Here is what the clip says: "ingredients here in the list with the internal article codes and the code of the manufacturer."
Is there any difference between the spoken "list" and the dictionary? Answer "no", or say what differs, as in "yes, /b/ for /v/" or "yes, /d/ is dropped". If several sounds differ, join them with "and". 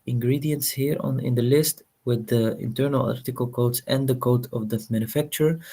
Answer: no